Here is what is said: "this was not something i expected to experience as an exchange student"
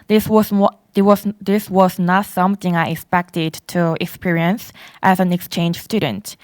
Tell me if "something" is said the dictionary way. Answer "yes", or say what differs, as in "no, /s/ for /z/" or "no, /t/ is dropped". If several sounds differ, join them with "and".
yes